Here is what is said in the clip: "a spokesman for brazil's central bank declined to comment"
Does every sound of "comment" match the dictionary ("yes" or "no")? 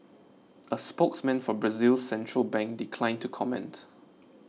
yes